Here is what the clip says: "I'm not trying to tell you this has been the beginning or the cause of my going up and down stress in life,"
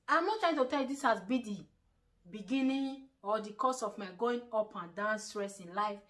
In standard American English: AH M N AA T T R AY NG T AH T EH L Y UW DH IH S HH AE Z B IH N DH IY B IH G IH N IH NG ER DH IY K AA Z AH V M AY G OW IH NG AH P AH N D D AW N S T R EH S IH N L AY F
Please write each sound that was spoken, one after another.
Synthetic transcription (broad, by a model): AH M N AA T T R AY T AH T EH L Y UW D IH S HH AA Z B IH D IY B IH G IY N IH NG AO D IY K AA S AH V M AY G OW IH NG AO P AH N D D AW N S T R EH S IH N L AY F